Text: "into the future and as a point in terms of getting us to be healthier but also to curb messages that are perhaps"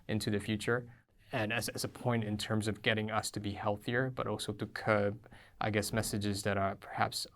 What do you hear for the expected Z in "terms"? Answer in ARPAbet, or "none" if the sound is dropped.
Z